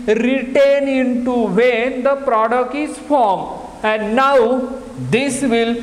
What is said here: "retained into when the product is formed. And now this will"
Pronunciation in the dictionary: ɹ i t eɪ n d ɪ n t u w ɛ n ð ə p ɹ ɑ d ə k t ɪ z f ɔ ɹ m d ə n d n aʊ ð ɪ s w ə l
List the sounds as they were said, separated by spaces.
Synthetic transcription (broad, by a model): ɹ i t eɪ n ɪ n t u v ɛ n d ə p ɹ ɑ d ə k t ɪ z f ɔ ɹ m ə n d n aʊ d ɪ s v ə l